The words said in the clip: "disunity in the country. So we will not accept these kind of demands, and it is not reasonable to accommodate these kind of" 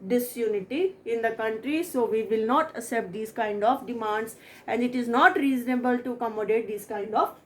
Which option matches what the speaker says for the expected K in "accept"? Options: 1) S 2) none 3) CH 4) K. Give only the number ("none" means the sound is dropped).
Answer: 2